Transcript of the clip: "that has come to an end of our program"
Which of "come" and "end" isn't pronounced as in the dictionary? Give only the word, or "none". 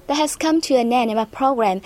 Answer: end